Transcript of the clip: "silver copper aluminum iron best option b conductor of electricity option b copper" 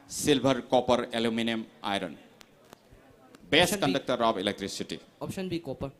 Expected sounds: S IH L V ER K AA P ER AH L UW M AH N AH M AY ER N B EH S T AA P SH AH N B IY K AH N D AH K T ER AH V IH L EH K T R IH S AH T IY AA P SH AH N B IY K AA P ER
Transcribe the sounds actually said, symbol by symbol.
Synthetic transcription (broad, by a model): S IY L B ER K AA P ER AH L UW M AH N AH M AY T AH N B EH K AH N D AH K T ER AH B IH L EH K T R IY S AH T IY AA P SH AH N B IY K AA P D